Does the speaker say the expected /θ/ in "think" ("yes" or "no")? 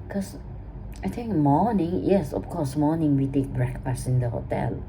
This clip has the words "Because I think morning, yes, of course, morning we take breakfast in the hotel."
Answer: no